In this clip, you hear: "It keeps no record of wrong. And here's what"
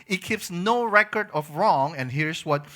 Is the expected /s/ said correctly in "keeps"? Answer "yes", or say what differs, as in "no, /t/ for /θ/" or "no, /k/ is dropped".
yes